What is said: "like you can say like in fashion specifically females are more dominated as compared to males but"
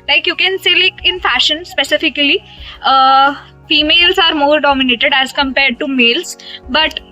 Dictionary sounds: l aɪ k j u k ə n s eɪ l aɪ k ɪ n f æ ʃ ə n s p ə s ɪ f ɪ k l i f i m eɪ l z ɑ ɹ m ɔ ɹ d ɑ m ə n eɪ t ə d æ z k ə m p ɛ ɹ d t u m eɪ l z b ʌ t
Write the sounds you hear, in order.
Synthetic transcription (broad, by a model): l aɪ k j u k ə n s eɪ l aɪ k ɪ n f æ ʃ ə n s p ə s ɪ f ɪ k l i f i m eɪ l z ɑ ɹ m ɔ ɹ d ɑ m ə n eɪ t ə d æ z k ə m p ɛ ɹ d t u m eɪ l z b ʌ t